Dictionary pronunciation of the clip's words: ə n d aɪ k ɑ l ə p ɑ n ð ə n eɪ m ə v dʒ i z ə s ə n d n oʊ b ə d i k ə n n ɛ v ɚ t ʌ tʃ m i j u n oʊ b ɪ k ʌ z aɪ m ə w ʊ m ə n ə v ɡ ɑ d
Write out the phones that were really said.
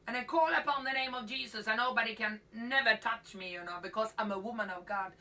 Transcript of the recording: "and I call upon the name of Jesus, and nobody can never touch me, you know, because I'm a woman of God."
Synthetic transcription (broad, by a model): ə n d aɪ k ɑ l ə p ɑ n ð ə n eɪ m ə v dʒ i z ə s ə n n oʊ b ə d i k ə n n ɛ v ɚ t ʌ tʃ m i j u n oʊ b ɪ k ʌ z aɪ m ə w ʊ m ə n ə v ɡ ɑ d